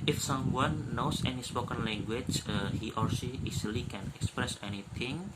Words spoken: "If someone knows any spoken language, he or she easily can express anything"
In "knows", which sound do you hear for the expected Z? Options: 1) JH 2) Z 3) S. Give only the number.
3